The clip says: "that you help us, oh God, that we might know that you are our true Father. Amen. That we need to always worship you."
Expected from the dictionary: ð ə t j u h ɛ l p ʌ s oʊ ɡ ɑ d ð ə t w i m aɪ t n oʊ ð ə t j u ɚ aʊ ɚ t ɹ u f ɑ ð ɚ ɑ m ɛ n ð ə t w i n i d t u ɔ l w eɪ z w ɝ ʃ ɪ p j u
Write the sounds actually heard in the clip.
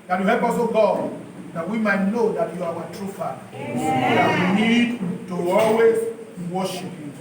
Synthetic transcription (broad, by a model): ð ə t j u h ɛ p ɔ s oʊ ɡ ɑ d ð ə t w i m aɪ t n oʊ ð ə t j u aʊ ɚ t ɹ u f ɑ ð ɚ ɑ ɛ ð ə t w i n i d t u ɔ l w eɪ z w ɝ ʃ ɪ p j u